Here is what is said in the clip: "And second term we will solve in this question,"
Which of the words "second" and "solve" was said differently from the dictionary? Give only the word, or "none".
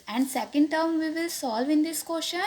none